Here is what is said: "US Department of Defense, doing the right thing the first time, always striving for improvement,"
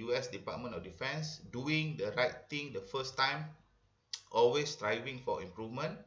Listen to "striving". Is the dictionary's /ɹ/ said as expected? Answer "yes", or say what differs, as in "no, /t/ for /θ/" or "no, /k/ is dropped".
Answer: yes